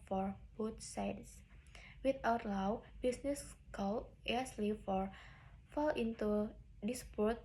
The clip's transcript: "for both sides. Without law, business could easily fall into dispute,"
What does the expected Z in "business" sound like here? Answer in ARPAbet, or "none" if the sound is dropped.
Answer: S